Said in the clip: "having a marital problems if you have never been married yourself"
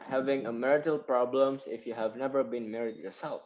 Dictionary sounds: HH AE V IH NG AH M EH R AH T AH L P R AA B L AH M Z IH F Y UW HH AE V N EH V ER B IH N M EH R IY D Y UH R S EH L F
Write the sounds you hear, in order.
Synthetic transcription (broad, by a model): HH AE V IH NG AH M EH R AH T AH L P R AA B L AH M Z IH F Y UW HH AE V N EH V ER B IH N M EH R IY D Y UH R S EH L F